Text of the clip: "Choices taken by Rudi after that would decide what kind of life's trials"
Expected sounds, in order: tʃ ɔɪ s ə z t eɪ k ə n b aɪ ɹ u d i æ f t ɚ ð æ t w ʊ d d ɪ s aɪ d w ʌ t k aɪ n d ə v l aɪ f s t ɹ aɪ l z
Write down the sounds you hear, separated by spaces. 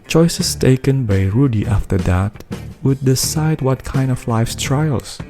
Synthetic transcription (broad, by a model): tʃ ɔɪ s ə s t eɪ k ə n b aɪ ɹ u d i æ f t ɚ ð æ t w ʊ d d ɪ s aɪ d w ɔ t k aɪ n d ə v l aɪ f s t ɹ aɪ l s